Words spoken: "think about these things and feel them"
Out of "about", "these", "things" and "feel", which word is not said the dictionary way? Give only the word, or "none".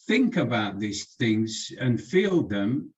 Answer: none